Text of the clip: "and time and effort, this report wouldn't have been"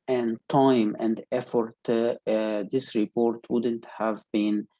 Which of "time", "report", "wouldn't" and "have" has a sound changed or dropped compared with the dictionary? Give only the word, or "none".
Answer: none